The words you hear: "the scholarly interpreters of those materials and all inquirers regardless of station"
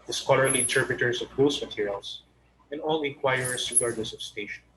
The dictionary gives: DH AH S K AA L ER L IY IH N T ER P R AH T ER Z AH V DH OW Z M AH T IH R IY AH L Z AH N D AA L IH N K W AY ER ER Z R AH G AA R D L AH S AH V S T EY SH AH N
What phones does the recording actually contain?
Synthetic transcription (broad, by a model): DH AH S K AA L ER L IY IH N T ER P R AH T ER S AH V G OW S M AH T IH R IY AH L S AH N D AA L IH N K W AY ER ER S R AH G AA R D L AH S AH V S T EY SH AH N